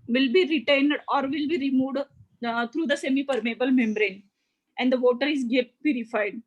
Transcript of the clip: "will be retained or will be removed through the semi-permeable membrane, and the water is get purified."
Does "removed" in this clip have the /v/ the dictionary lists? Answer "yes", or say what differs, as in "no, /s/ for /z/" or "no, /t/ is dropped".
yes